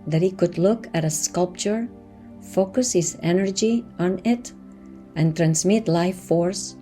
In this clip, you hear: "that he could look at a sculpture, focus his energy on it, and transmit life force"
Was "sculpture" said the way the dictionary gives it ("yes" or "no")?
yes